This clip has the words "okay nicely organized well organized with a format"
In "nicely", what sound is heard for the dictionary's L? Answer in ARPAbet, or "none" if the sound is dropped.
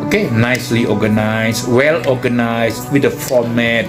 L